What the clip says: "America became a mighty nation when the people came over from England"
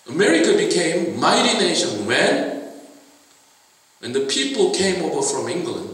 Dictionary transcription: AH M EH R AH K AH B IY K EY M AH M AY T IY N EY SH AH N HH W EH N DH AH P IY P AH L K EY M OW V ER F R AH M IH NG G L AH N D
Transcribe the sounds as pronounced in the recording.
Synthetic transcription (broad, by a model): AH M EH R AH K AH B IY K EY AH M AY T IY N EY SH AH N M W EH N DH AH P IY P AH L K EY M OW V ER F R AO M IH NG G L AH N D